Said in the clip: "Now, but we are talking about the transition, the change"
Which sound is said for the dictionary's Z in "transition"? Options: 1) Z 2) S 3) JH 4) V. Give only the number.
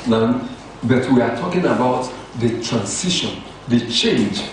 2